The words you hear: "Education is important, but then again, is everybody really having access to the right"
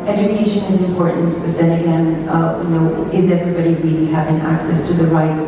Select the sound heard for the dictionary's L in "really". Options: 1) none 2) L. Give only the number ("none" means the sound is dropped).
1